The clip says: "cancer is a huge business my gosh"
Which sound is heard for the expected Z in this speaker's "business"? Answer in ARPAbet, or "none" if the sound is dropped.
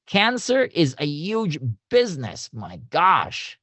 Z